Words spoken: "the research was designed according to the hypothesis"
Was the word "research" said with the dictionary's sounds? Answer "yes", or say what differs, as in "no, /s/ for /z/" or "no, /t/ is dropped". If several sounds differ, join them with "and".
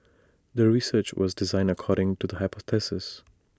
yes